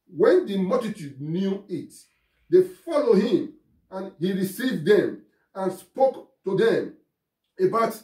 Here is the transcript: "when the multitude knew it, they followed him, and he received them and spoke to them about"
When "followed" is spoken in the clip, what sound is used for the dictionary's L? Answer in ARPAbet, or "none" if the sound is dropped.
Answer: L